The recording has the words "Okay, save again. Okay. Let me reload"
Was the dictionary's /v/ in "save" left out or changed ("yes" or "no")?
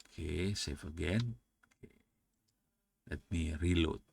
yes